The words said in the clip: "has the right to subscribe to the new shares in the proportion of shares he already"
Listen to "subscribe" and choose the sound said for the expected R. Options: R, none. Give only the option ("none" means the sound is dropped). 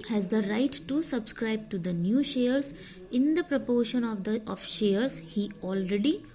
R